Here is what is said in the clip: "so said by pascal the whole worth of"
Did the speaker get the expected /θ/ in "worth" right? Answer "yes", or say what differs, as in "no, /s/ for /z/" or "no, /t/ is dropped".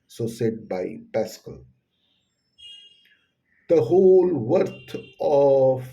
no, /t/ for /θ/